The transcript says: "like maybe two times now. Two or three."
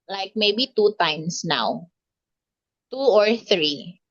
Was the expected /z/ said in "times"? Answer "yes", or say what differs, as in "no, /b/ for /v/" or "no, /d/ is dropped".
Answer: no, /s/ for /z/